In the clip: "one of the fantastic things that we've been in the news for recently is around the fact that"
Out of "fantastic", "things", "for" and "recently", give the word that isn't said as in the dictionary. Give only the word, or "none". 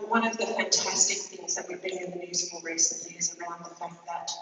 for